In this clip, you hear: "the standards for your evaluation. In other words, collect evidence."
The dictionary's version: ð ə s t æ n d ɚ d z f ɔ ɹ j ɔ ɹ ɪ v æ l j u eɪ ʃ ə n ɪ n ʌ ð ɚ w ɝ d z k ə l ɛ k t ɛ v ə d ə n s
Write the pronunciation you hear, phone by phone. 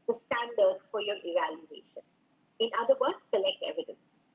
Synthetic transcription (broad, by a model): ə s t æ n d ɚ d f ɔ ɹ j ɔ ɹ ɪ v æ l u eɪ ʃ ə n ɪ n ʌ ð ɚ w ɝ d k ə l ɛ k t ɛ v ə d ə n s